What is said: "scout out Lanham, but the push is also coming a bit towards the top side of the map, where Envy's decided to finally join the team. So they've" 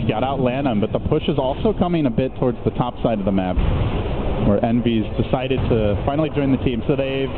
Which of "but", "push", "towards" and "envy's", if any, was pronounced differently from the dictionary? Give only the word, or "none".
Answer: none